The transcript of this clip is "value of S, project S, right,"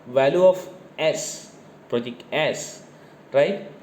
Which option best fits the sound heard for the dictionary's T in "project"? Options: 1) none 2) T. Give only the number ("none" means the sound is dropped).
1